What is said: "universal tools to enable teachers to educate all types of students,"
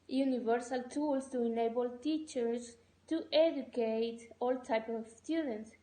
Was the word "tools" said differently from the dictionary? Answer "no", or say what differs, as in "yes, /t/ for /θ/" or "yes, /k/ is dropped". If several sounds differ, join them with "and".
yes, /s/ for /z/